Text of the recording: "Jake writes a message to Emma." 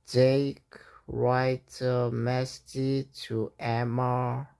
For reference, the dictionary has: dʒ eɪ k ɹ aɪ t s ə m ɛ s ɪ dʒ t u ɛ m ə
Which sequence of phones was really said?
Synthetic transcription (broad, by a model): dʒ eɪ k ɹ aɪ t ə m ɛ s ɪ t u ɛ m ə